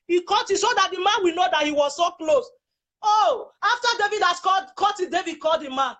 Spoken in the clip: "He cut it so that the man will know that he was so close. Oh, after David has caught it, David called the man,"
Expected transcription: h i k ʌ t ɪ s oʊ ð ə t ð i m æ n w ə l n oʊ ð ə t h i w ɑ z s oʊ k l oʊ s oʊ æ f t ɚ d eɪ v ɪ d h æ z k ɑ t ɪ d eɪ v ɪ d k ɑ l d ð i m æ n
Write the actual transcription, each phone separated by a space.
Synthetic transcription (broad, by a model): h i k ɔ t ɪ s oʊ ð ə t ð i m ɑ n w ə n oʊ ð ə t h i w ɑ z s oʊ k l oʊ s oʊ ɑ f t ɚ d eɪ v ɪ d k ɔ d k ɑ t ɪ d eɪ v ɪ d k ɑ l d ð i m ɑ n